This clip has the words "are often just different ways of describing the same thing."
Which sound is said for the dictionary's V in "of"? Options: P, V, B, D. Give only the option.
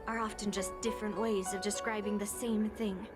V